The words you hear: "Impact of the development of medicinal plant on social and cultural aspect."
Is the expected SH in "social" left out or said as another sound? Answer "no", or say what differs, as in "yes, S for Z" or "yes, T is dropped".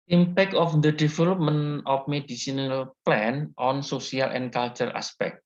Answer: yes, S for SH